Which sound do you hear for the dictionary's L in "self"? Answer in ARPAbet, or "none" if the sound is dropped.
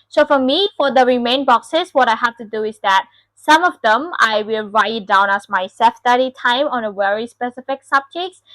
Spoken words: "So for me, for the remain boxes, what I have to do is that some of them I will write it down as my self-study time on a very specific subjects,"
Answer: none